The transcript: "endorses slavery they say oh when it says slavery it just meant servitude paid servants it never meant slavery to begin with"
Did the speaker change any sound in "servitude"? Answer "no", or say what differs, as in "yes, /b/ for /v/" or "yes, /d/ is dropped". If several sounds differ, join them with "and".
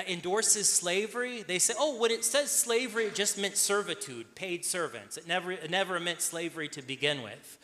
no